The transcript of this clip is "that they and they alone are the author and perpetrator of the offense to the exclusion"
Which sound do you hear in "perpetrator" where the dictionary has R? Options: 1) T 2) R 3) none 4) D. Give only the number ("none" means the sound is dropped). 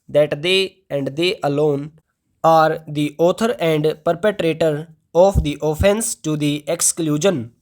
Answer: 2